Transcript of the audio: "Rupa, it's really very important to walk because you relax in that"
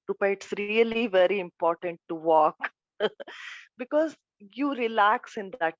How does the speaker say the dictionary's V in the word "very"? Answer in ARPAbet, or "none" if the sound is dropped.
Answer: V